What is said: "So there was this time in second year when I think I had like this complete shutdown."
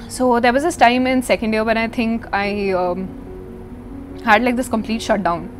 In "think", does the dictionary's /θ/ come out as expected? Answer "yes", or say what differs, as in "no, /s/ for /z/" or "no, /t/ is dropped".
no, /t/ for /θ/